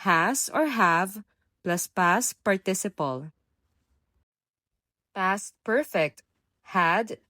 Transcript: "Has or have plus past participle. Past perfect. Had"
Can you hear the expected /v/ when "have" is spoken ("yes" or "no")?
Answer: yes